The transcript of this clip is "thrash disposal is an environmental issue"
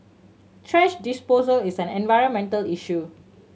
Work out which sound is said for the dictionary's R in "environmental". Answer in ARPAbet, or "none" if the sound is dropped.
R